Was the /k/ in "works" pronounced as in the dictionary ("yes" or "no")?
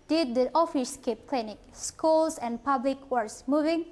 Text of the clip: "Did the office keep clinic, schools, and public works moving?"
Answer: no